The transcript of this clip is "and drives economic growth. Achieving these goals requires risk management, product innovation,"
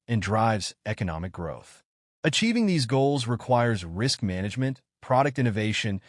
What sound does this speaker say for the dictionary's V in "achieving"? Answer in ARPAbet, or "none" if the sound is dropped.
V